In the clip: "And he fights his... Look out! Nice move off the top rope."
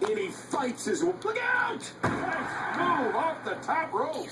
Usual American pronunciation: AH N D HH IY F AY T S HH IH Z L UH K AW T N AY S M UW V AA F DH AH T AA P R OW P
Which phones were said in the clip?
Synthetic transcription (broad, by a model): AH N IY F AY T S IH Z L UH K AW T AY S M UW AA F DH AH T AA P R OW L